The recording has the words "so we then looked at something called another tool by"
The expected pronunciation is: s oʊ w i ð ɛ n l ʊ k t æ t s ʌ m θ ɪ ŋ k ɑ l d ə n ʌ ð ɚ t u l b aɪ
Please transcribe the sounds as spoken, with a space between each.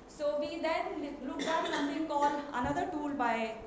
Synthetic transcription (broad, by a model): s oʊ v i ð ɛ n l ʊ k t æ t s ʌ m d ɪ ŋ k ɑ l ə n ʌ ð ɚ t u l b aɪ